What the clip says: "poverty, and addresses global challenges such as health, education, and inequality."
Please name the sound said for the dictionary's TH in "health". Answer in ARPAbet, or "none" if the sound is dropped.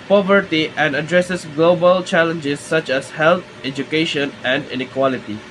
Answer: T